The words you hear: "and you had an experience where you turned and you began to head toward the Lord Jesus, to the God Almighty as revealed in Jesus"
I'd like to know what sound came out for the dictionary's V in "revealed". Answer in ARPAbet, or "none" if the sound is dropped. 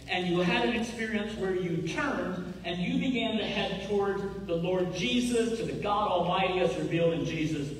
V